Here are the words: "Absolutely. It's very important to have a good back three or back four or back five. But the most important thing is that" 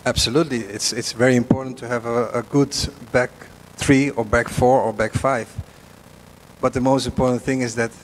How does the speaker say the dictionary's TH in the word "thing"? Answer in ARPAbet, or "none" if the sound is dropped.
TH